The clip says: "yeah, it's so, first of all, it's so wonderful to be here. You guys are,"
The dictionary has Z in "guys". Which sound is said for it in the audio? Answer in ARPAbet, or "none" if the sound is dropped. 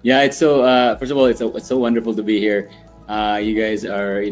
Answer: Z